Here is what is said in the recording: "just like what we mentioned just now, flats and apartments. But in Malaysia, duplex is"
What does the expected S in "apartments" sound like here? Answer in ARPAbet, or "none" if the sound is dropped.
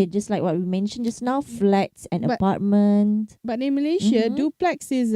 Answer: none